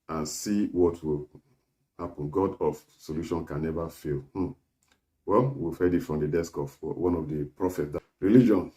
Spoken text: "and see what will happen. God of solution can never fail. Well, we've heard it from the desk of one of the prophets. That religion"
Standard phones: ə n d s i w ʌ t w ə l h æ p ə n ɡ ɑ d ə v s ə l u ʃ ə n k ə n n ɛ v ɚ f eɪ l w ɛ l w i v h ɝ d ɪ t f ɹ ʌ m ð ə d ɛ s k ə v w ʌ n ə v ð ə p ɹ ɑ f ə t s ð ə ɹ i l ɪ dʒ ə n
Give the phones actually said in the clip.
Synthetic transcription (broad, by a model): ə n s i w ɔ t w ə l h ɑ p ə n ɡ ɑ d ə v s ə l u ʃ ə n k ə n n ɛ v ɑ f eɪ l w ɛ l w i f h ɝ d ɪ t f ɹ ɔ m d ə d ɛ s k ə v w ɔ n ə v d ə p ɹ ɑ f ə t s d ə ɹ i l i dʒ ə n